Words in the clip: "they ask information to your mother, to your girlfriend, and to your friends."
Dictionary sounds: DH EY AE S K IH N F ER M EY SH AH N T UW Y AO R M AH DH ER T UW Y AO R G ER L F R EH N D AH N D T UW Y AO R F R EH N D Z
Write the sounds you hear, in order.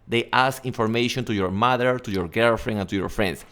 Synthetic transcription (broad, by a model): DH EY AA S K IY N F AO M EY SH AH N T UW Y AO R M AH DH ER T UW Y AO R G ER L F R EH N AH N T UW Y AO R F R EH N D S